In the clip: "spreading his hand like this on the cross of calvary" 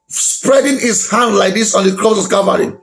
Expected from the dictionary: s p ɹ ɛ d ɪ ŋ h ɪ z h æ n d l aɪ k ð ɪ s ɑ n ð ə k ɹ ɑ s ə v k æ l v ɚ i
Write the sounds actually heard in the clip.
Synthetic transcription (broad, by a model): s p ɹ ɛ d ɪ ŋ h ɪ s h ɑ n d l aɪ k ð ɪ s ɑ n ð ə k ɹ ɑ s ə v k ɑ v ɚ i